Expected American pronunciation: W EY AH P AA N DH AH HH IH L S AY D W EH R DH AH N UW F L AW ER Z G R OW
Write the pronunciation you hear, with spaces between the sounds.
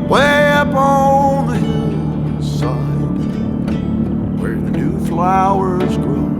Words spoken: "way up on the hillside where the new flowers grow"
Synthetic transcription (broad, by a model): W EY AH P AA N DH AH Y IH S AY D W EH R DH AH N UW F L AW ER Z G R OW